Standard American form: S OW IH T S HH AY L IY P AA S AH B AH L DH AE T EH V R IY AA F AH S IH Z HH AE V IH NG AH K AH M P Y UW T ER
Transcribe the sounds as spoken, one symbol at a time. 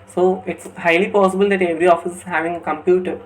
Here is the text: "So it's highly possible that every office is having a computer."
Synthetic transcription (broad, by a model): S OW IH T S HH AY L IY P AA S AH B AH L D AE T EH V R IY AA F AH S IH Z HH AE V IH NG AH K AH M P Y UW T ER